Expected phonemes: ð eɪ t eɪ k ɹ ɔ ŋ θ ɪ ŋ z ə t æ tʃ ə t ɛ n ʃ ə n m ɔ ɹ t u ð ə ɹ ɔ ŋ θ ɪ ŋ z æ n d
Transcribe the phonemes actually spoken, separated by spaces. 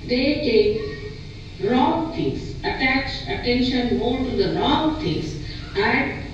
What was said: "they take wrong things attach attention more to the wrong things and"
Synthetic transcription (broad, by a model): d eɪ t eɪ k ɹ ɔ ŋ t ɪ ŋ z ə t æ tʃ ə t ɛ n ʃ ə n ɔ l t u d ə ɹ ɔ ŋ t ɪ ŋ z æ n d